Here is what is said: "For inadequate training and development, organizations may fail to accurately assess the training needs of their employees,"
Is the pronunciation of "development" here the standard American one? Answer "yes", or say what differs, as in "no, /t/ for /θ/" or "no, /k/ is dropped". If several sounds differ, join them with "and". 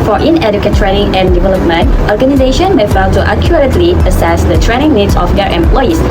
yes